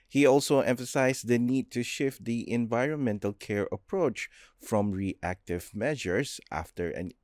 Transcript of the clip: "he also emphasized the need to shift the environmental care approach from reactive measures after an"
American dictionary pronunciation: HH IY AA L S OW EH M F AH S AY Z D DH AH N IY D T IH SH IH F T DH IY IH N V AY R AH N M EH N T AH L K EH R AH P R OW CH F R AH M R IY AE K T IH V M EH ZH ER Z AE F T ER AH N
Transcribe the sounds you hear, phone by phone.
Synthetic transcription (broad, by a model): HH IY AA L S OW EH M F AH S AY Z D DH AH N IY D T IH SH IH F T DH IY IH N V AY R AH N M EH N T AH L K EH R AH P R OW CH F R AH M R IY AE K T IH V M EH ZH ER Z AE F T ER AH N